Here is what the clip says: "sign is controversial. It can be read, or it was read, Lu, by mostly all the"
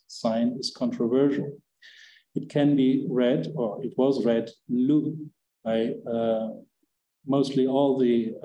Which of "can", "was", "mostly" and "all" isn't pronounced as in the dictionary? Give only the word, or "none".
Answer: none